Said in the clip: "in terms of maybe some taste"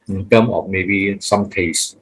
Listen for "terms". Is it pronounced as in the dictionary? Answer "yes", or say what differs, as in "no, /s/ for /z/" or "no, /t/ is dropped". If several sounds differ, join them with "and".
no, /z/ is dropped